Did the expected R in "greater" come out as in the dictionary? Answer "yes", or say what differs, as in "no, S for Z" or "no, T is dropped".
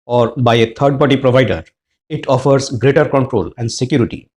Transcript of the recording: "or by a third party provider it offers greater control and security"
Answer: yes